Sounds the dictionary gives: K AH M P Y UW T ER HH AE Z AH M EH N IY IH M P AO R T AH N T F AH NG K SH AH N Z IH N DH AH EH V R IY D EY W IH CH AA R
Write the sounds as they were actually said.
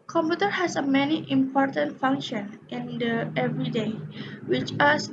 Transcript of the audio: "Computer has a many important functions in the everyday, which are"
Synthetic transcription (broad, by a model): K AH M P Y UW T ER HH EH S AH M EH N IY IH M P AO R T AH N T F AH NG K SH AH N IH N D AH EH V R IY D EY W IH CH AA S